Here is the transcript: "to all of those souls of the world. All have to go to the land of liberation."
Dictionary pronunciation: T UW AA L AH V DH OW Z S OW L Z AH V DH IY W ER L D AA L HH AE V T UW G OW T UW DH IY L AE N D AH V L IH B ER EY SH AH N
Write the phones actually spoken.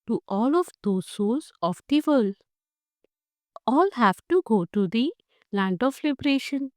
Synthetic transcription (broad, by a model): T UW AA L AH V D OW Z S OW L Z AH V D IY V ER L D AA L HH AE V T UW G OW T UW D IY L AE N D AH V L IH B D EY SH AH N